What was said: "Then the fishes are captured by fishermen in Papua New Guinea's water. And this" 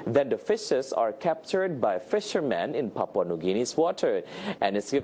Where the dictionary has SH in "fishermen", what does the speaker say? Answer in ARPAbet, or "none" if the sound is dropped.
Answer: SH